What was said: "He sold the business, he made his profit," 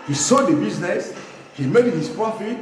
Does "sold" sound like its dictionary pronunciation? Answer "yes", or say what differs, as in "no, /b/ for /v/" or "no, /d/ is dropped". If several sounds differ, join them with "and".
no, /l/ is dropped